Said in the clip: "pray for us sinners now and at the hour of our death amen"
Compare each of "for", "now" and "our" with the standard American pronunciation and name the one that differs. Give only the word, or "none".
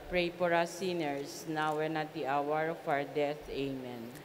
for